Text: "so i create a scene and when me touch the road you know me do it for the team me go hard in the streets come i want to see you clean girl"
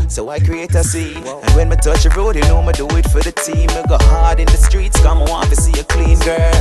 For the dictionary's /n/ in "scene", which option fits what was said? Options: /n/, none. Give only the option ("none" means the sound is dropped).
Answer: none